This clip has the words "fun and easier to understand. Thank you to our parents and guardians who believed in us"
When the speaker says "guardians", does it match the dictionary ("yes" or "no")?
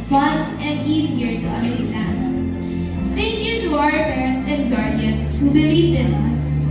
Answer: no